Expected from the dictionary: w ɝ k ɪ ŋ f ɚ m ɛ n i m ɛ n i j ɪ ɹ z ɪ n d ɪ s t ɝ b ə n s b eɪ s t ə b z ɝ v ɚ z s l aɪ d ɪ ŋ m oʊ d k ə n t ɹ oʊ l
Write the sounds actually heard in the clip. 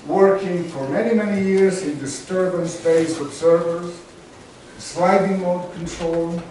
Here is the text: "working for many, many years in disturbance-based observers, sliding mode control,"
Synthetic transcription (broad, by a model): w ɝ k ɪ ŋ f ɚ m ɛ n i m ɛ n i j ɪ ɹ z ɪ n d ɪ s t ɝ b ə n s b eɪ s ə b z ɝ v ɚ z s l aɪ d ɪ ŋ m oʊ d k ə n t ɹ oʊ l